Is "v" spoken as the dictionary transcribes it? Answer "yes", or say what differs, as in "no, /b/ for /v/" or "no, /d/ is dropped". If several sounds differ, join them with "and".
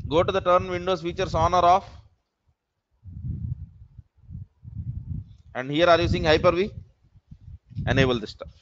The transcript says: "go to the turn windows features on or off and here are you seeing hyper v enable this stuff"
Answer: yes